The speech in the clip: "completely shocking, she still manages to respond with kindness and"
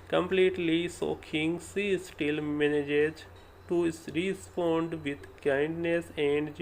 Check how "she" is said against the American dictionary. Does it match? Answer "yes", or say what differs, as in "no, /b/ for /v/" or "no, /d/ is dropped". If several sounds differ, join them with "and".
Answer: no, /s/ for /ʃ/